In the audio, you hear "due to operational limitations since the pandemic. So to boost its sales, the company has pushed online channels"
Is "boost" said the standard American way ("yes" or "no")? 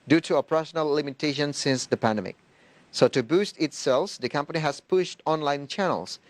yes